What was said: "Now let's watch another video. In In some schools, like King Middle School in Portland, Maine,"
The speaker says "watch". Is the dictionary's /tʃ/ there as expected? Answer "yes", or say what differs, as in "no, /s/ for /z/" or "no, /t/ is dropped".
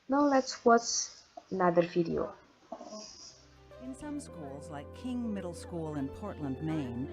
no, /s/ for /tʃ/